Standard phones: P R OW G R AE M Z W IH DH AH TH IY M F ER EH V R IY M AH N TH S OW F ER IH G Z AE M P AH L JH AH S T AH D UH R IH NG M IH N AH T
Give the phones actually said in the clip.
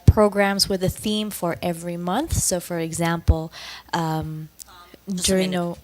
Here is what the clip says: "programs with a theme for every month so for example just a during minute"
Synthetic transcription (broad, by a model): P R OW G R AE M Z W IH DH AH TH IY M F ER EH V R IY M AH N TH S OW F ER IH G Z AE M P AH L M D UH R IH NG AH